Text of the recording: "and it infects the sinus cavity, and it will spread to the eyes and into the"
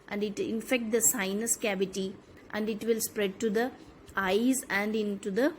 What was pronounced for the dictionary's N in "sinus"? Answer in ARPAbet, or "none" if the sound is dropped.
N